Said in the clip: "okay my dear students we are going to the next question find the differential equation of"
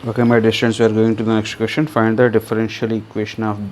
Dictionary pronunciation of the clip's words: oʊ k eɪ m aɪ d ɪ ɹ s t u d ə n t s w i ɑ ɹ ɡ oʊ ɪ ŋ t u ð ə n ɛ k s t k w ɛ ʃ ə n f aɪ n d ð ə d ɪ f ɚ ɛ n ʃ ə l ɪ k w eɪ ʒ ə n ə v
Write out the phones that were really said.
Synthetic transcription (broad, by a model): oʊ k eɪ m aɪ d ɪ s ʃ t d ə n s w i ɑ ɹ ɡ oʊ ɪ ŋ t u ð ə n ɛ k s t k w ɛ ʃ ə n f aɪ n d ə d ɪ f ɚ ɛ n ʃ ə l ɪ k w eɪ ʃ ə n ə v